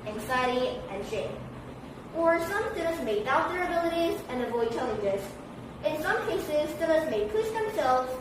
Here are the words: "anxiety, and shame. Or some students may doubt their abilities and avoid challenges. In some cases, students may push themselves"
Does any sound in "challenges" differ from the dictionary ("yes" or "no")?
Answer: yes